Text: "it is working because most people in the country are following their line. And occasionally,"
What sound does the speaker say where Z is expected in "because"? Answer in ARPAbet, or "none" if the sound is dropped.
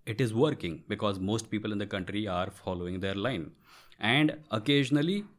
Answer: Z